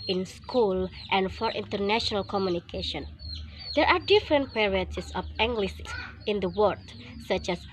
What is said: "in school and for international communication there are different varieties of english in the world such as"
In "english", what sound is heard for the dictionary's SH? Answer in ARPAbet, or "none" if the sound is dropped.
S